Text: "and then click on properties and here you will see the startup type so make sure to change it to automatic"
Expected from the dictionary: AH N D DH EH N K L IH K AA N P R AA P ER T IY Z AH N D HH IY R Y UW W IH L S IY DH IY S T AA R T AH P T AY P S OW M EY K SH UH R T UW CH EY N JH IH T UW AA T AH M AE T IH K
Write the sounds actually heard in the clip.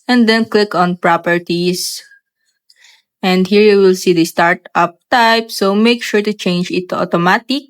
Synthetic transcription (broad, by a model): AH N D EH N K L IH K AA N P R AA P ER T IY S AH N D HH IY R Y UW W IH L S IY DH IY S T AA R T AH P T AY P S OW M EY K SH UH R T UW CH EY N JH IH T UW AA T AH M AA T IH K